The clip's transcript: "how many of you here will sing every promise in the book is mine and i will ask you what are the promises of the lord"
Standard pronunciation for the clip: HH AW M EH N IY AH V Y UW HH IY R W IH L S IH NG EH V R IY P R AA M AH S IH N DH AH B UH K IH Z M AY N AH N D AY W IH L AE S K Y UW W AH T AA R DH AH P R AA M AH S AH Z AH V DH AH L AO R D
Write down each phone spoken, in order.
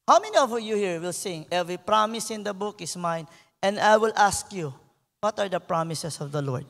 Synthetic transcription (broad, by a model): HH AW M EH N IY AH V Y UW HH IY R W IH L S IH NG EH V R IY P R AA M AH S IH N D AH B UH K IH S M AY N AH N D AY W IH L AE S K Y UW W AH T AA R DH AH P R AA M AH S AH S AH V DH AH L AO R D